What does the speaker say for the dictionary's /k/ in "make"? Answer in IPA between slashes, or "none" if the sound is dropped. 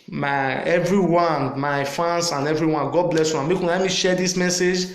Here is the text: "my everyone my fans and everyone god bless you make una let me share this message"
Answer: /k/